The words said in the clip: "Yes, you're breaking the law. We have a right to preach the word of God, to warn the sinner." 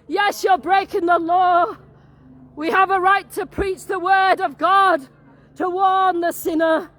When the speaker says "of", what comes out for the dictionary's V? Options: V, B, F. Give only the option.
V